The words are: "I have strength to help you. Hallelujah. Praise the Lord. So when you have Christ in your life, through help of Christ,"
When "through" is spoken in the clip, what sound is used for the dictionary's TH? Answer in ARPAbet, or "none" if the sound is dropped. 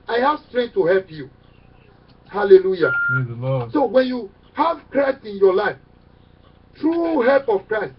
T